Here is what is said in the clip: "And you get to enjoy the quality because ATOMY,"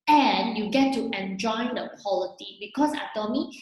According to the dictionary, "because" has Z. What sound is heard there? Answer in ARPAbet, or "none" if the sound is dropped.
S